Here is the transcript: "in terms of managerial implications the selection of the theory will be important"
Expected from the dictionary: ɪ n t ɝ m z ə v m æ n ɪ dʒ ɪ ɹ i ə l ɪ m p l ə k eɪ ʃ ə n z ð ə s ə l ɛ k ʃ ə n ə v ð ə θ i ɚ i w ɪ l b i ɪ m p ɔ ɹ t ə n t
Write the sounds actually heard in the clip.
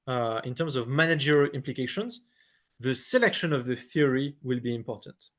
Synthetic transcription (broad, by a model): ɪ n t ɝ m z ə v m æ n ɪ dʒ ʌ ɹ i ɪ m p l ə k eɪ ʃ ə n z ð ə s ə l ɛ k ʃ ə n ə v ð ə θ i ɚ i w ɪ l b i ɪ m p ɔ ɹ t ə n t